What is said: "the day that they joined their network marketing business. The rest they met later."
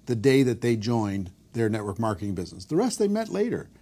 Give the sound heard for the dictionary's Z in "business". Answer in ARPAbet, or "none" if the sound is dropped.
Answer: Z